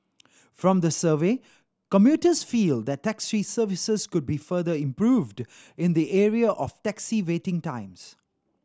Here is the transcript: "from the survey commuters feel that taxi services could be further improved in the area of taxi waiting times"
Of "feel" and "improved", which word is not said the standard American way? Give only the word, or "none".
none